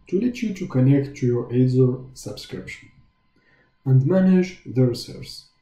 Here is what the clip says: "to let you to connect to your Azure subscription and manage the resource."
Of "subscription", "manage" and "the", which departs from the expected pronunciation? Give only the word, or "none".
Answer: none